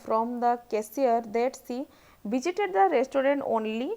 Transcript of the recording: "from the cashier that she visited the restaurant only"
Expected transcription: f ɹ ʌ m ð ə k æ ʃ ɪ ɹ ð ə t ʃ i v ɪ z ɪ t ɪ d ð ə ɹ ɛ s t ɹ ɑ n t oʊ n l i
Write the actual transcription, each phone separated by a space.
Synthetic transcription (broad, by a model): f ɹ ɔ m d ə k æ s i ɹ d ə t s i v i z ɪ t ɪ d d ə ɹ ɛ s t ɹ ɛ n t oʊ n l i